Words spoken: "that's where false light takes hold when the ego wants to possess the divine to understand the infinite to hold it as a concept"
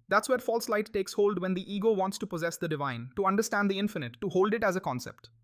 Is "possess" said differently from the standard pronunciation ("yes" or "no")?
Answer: no